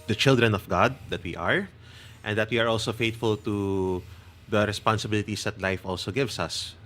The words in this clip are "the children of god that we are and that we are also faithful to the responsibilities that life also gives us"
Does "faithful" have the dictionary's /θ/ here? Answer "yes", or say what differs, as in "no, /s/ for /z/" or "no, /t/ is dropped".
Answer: no, /t/ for /θ/